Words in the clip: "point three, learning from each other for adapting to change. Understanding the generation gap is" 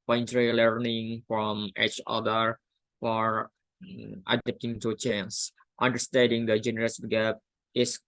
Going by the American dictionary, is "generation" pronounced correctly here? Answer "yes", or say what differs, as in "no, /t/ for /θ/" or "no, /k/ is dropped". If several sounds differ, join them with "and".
no, /s/ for /ʃ/